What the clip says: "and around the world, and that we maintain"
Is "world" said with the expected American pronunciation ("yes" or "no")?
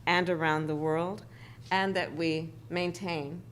yes